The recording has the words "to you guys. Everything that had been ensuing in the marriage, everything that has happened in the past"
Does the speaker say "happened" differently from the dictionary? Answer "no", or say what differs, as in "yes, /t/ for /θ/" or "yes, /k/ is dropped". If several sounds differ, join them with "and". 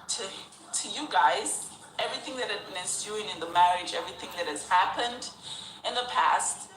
no